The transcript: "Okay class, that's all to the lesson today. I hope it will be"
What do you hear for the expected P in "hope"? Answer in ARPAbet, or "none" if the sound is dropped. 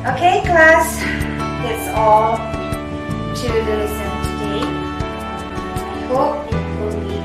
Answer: none